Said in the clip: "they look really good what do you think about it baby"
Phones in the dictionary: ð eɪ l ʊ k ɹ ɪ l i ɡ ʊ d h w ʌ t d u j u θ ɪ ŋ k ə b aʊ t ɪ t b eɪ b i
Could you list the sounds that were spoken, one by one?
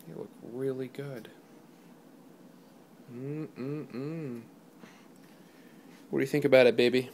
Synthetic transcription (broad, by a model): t l ʊ k ɹ ɪ l i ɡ ʊ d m w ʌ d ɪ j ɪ θ ɪ ŋ k ə b aʊ t ɪ t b eɪ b i